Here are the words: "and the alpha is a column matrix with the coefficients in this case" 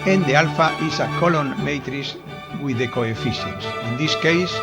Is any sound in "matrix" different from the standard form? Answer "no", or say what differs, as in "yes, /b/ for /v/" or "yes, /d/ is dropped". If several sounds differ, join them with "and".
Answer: yes, /k/ is dropped